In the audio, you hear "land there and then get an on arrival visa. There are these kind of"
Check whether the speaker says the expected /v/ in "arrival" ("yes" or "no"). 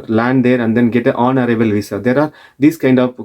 no